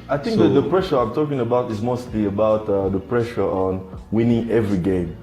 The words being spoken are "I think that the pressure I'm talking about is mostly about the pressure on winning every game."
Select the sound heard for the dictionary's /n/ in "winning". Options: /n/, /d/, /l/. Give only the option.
/n/